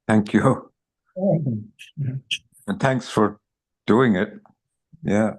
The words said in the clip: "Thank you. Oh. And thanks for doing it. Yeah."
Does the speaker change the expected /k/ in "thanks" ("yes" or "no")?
no